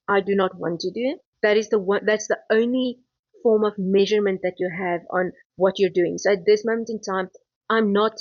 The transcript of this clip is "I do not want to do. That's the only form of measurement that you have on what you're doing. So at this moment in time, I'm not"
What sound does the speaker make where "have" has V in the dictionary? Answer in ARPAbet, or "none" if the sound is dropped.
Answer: V